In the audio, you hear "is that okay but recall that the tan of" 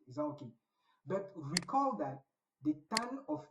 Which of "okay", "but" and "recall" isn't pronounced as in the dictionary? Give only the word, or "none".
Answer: recall